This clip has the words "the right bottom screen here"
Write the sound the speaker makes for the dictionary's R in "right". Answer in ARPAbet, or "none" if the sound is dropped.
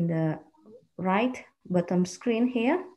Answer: R